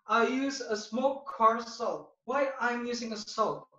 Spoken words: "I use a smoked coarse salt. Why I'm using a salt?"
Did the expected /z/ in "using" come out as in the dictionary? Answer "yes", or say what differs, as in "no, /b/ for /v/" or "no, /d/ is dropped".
yes